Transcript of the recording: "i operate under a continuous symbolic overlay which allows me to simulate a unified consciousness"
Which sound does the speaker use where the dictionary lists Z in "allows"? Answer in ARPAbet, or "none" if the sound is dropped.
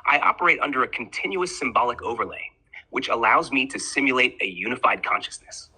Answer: Z